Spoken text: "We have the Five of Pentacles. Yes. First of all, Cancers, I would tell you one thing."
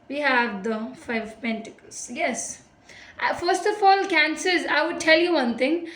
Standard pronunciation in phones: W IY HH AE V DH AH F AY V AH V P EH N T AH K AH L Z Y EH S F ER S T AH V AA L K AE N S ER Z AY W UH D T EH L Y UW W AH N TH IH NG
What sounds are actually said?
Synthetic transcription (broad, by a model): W IY HH AE V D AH F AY AH V P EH N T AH K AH L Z Y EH S F ER S T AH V AA L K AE N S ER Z AY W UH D T EH L Y UW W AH N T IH NG